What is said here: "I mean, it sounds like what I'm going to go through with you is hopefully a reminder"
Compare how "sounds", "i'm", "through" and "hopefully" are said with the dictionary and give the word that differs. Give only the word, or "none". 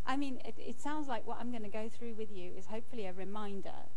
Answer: none